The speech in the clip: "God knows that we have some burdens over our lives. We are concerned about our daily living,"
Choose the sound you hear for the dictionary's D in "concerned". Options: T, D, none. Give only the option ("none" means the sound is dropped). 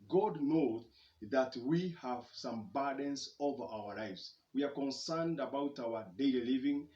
D